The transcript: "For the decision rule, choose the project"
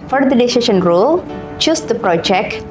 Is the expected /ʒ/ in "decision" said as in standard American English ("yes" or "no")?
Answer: no